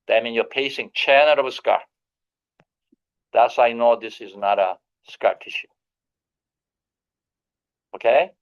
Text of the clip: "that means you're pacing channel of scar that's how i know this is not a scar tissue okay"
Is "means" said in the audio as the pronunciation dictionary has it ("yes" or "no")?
no